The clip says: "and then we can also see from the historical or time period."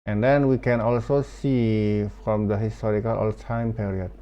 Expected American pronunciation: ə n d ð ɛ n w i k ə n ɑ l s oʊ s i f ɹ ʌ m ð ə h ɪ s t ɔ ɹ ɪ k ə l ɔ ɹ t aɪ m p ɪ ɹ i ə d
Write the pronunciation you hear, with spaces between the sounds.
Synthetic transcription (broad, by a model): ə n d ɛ n w i k ə n ɑ l s oʊ s i f ɹ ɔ m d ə h ɪ s t ɔ ɹ ɪ k ə l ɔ l t aɪ m p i ɹ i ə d